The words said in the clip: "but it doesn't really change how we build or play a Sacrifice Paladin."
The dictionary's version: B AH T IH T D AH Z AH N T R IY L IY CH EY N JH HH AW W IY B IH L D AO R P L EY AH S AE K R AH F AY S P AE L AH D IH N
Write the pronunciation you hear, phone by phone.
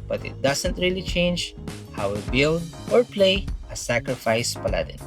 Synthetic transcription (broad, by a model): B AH T IH T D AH S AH N T R IY L IY CH EY N JH HH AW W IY B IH L D AO R P L EY AH S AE K R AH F AY S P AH L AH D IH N